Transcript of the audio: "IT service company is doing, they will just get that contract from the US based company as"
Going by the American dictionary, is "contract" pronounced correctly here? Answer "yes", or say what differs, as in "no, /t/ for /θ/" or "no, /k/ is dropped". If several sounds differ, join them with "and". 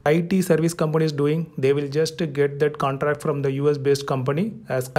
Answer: yes